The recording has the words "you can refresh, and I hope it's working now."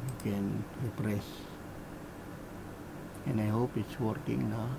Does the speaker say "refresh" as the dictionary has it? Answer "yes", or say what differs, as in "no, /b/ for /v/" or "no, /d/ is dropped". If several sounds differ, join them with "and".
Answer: no, /p/ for /f/ and /s/ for /ʃ/